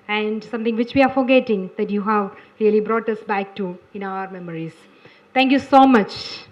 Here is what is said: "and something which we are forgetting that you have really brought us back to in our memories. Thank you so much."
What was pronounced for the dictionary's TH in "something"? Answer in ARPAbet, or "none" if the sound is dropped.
T